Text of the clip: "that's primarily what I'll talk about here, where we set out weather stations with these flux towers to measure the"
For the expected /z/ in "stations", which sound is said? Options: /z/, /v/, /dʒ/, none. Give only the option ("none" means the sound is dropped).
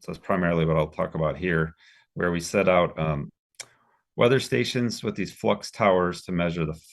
/z/